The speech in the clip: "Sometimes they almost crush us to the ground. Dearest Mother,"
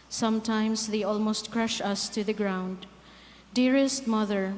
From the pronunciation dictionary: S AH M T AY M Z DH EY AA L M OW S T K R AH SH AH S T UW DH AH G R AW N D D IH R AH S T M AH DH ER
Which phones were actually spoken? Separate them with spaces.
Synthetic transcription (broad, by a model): S AH M T AY M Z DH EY AA L M OW S T K R AH SH AH S T UW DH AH G R AW N D D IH R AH S T M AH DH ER